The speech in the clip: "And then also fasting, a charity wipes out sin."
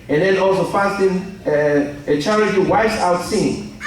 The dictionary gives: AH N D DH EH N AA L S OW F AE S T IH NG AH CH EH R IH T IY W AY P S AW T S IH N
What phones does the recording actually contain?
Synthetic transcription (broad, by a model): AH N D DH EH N AA L S OW F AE S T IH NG AH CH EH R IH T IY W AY S AW T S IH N